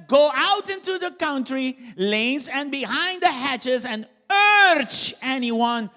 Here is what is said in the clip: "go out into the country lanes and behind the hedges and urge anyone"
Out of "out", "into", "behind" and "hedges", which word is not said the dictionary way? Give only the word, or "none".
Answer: hedges